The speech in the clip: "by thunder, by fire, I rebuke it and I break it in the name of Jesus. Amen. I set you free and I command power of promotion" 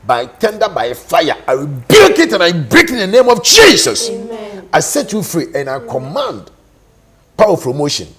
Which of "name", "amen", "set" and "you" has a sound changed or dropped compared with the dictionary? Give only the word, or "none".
amen